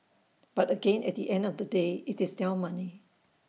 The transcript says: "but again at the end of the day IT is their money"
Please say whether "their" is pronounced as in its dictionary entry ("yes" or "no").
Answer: no